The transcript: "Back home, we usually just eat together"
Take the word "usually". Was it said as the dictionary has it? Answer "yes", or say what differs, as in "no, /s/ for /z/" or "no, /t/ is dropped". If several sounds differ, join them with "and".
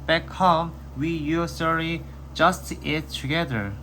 no, /s/ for /ʒ/